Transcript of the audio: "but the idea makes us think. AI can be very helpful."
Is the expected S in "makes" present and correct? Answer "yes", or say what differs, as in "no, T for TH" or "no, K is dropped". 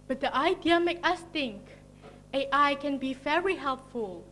no, S is dropped